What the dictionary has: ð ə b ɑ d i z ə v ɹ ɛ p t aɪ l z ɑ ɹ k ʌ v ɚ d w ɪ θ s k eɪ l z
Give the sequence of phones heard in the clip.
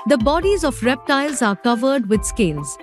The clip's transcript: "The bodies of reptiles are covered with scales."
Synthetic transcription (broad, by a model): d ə b ɑ d i z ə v ɹ ɛ p t aɪ l z ɑ ɹ k ʌ v ɚ d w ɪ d s k eɪ l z